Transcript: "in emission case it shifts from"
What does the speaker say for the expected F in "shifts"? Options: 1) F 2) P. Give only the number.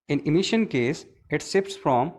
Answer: 2